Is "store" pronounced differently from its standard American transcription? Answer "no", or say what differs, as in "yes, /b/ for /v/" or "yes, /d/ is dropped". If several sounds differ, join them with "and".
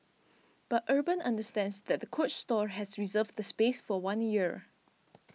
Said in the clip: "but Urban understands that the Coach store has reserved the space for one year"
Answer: no